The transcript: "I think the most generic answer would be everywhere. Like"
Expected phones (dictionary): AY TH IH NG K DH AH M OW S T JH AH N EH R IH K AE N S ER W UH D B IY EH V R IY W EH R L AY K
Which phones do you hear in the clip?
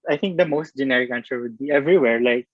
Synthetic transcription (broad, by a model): AY T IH NG K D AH M OW S T JH AH N EH R IH K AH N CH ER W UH D B IY EH V R IY W EH R L AY K